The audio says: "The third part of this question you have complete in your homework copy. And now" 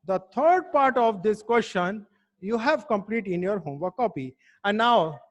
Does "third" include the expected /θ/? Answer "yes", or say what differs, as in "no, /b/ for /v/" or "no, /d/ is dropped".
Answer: no, /t/ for /θ/